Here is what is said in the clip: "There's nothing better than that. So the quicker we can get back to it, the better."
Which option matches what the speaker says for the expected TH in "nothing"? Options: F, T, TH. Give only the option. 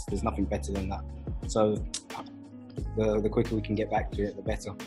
TH